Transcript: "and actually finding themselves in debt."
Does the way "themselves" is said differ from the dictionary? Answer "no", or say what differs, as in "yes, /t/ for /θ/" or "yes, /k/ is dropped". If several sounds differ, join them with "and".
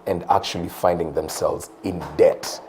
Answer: no